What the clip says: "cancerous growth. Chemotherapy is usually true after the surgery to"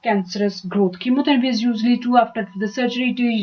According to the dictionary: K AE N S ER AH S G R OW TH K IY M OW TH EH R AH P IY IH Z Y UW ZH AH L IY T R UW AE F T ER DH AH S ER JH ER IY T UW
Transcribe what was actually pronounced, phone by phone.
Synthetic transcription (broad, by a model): K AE N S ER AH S G R OW T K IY M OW T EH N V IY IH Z Y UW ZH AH L IY T UW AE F T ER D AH S ER JH ER IY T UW